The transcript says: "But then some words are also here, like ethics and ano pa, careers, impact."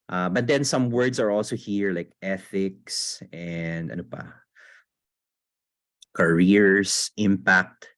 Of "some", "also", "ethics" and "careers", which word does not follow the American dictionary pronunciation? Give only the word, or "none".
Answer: careers